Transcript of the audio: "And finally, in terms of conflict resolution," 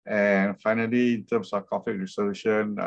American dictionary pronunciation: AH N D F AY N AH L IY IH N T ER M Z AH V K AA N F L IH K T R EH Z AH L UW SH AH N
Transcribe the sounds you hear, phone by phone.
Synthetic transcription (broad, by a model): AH N F AY N AH L IY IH N T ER M S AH F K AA F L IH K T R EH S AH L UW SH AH N